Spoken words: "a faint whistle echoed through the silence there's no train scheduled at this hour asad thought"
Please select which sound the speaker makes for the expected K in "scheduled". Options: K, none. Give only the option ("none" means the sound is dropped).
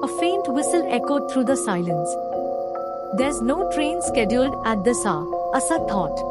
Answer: K